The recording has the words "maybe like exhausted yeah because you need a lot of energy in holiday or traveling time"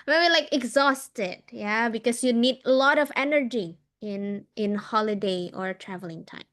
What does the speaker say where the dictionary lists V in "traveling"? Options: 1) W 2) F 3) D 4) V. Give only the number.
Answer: 4